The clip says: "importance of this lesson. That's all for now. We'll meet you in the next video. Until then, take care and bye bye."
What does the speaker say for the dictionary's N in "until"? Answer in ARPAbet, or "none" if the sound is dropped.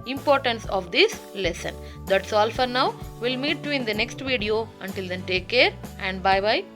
N